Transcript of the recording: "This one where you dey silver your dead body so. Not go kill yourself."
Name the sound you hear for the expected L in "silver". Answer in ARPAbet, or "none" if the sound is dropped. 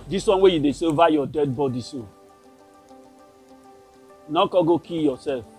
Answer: none